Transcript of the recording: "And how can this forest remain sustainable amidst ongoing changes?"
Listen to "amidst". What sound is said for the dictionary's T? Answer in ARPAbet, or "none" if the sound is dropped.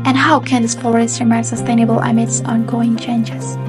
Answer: none